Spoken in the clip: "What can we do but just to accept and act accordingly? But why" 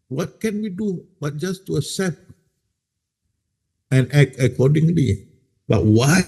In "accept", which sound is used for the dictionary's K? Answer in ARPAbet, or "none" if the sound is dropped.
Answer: none